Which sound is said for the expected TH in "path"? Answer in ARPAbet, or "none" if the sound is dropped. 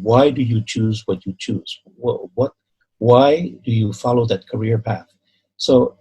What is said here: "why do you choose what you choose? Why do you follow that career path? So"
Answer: TH